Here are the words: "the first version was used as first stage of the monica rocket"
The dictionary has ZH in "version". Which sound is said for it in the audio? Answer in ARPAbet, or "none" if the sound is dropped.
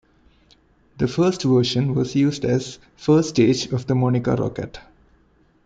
SH